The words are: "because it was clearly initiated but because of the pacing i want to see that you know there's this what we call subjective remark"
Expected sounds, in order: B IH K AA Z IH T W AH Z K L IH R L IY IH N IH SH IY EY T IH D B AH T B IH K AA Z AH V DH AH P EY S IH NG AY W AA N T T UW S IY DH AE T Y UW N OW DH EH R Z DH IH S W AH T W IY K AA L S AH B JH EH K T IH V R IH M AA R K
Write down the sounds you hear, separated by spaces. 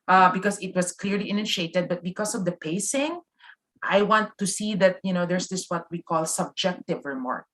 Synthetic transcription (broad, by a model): B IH K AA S IH T W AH S K L IH R L IY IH N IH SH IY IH T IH D B AH T B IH K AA S AH V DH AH P EY S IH NG AY W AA N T T UW S IY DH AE T Y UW N OW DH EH R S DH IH S W AH T W IY K AA L S AH B JH EH K T IH V R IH M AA R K